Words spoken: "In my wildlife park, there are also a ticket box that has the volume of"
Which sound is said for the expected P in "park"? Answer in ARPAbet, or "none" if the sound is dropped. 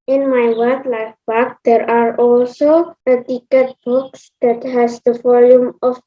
B